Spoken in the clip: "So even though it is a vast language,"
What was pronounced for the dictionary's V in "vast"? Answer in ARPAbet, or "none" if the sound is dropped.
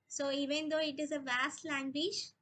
V